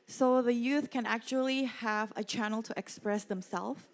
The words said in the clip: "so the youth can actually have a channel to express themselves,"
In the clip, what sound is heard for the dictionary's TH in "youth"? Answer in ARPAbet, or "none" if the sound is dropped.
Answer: TH